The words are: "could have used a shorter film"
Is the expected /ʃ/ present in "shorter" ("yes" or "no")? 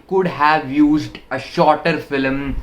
yes